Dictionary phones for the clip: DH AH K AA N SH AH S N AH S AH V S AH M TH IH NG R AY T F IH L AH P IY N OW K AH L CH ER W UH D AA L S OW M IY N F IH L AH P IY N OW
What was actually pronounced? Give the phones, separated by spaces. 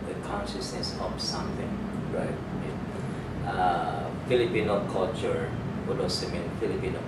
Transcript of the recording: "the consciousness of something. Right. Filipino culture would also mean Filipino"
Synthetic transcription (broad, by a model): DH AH K AA N SH AH S N AH S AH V S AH M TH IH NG R AY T F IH L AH P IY N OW K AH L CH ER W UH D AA S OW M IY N F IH L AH P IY N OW